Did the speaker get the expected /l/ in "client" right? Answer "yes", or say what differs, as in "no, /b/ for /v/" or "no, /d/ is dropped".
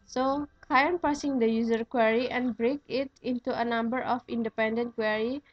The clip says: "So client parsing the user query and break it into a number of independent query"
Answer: no, /l/ is dropped